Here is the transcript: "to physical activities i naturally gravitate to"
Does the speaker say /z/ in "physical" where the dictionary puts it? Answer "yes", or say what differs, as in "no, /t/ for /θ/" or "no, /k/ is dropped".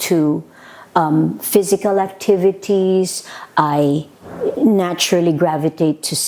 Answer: yes